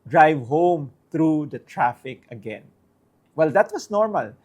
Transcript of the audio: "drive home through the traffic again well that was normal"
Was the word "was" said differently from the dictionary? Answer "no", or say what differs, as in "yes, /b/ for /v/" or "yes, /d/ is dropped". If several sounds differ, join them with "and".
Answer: yes, /s/ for /z/